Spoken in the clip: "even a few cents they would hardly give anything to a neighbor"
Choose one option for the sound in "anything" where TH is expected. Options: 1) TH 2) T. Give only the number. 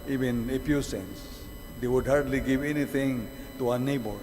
2